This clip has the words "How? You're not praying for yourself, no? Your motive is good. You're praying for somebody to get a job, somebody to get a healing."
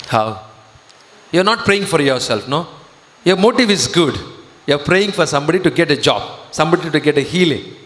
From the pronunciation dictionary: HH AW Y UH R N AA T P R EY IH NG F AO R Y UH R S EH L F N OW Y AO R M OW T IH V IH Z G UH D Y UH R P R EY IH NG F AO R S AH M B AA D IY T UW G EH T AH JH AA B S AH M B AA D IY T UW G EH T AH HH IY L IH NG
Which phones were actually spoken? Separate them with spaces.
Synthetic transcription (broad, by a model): HH AW Y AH R N AA T P R EY IH NG F AO R Y UH R S EH L F N OW Y AO R M OW T IH V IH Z G UH D Y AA R P R EY IH NG F AO R S AH M B AA D IY T UW G EH T AH JH AA B S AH M B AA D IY T UW G EH T AH HH IY L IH NG